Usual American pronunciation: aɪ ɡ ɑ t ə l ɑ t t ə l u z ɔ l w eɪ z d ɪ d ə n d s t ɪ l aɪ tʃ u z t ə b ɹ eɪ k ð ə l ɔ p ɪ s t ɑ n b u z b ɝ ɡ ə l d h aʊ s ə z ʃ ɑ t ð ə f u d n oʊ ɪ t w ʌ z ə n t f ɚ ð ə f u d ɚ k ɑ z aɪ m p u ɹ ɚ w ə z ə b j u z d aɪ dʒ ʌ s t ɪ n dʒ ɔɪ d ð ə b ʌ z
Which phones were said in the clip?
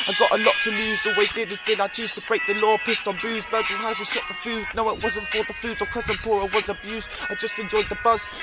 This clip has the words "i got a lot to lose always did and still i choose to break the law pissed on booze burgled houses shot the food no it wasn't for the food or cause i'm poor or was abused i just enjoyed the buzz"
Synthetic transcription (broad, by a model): aɪ ɡ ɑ t ə l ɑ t t ə l u z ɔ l w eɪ d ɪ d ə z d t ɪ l aɪ tʃ u z t ə b ɹ eɪ k ð ə l ɔ p ɪ s t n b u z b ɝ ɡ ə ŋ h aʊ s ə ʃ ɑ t ð ə f u d n oʊ ɪ t w ʌ z ə n t f ɚ ð ə f u d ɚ k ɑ z aɪ m p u ɹ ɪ w ə z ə b j u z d aɪ dʒ ʌ s t ɪ n dʒ ɔɪ d ð ə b ʌ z